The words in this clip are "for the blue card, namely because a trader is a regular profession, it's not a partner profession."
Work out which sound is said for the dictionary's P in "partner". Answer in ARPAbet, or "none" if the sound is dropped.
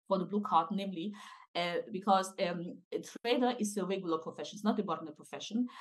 B